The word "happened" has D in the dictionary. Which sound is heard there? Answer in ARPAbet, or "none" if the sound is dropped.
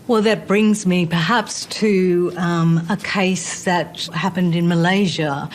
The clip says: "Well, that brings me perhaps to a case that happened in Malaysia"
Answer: D